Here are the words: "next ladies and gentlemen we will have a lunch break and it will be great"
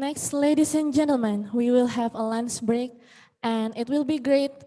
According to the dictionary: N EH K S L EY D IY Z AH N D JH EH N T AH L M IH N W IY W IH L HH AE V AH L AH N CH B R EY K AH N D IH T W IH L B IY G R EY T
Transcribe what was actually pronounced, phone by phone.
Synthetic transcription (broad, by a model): N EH K S L EY D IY S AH N JH EH N T AH L M IH N W IY W IH L HH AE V AH L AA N S B R EY K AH N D IH T W IH L B IY G R EY T